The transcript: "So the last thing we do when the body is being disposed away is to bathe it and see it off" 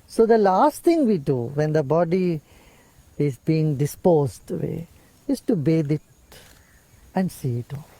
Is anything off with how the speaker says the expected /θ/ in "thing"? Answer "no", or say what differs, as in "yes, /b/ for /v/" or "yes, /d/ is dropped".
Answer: yes, /t/ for /θ/